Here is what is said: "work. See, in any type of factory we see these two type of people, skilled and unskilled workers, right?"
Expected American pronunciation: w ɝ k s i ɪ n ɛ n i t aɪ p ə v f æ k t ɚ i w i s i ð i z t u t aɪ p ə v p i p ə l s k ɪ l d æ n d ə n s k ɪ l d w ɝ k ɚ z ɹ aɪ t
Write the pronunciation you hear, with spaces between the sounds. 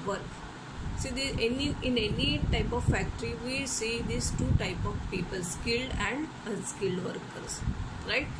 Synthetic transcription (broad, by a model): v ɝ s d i ɪ n ɛ n i t aɪ p ə v f æ k t ɚ i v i s i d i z t u t aɪ p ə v p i p ə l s k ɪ l d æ n d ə s k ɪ l d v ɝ k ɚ s ɹ aɪ t